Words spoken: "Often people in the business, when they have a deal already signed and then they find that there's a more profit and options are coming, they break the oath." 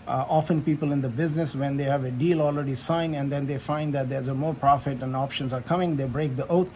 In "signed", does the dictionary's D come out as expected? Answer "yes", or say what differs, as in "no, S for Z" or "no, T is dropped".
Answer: no, D is dropped